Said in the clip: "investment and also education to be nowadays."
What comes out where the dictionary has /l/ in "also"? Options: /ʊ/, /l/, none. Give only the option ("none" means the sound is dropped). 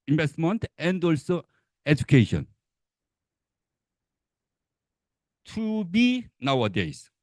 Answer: /l/